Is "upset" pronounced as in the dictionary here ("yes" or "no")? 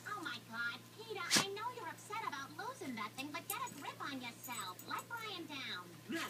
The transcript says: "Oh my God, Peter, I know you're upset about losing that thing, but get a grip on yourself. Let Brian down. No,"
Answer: yes